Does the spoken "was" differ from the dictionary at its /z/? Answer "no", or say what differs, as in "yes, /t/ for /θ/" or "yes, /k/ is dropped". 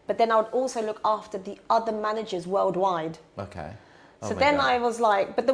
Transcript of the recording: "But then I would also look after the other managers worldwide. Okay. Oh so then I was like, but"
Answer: no